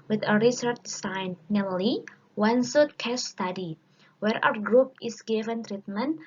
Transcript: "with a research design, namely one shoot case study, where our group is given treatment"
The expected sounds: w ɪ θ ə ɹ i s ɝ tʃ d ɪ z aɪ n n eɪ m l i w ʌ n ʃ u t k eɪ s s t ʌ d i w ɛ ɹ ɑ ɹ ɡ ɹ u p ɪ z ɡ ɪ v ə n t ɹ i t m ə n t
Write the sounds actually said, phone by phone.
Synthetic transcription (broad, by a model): w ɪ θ ə ɹ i s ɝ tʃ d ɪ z aɪ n n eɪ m l i w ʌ n s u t k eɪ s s t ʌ d i w ɛ ɹ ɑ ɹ ɡ ɹ u p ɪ s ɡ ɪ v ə n t ɹ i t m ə n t